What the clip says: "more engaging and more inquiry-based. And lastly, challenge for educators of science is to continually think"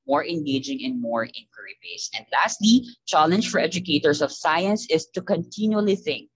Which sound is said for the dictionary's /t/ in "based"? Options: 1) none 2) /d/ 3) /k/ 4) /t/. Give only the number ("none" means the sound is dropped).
1